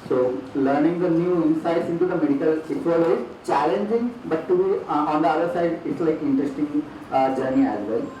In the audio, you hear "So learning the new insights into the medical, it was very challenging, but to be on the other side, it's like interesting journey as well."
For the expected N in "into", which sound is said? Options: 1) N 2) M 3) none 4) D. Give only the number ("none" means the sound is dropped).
1